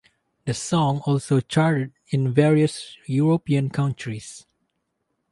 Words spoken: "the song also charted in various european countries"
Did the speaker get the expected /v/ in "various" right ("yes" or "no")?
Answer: yes